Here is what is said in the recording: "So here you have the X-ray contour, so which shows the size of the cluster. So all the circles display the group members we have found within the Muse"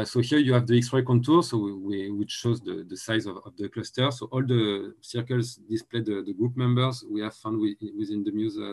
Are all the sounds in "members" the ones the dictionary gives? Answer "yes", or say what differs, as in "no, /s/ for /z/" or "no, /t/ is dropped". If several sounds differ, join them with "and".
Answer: yes